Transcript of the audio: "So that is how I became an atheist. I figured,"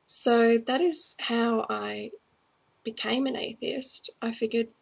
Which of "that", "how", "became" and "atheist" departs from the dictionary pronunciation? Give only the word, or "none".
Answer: none